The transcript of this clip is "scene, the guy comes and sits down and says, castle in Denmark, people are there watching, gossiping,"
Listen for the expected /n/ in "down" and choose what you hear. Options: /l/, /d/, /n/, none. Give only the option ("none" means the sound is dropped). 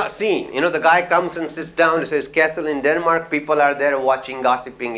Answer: none